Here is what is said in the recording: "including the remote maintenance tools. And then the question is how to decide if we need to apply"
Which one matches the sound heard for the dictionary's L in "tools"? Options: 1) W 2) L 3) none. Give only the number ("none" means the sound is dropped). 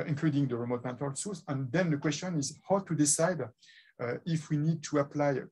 3